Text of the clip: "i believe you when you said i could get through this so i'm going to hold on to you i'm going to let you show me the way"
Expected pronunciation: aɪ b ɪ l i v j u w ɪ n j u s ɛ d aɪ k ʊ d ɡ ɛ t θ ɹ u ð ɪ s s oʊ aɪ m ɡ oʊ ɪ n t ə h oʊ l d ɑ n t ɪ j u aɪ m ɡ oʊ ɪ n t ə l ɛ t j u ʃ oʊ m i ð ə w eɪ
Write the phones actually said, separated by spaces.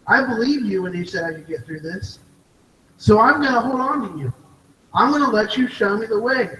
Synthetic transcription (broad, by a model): aɪ b ɪ l i v j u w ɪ n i s ɛ d aɪ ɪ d ɡ ɛ t θ ɹ u ð ɪ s s oʊ aɪ m ɡ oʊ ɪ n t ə h oʊ l d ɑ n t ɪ j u aɪ m ɡ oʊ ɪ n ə l ɛ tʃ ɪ ʃ oʊ m i ð ə w eɪ